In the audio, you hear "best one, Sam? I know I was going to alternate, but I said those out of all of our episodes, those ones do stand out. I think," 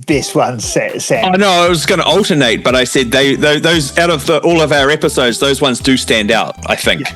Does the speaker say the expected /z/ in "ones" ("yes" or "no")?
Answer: yes